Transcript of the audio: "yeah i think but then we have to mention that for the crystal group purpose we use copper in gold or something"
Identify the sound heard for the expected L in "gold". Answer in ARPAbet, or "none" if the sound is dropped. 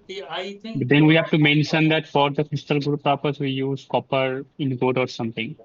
none